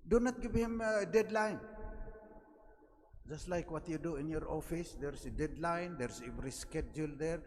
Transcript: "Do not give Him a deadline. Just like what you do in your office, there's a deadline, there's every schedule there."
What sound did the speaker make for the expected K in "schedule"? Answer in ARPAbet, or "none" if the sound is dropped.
K